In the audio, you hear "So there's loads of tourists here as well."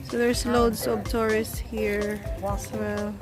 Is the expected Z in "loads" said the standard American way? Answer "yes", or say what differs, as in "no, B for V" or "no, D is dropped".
no, S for Z